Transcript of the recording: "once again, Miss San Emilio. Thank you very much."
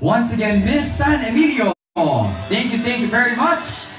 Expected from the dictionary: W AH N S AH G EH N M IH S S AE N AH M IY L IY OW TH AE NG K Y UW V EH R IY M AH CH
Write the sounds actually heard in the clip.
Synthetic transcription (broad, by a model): W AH N S AH G EH N M IH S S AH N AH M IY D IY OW TH AE NG K Y UW V EH R IY M AH CH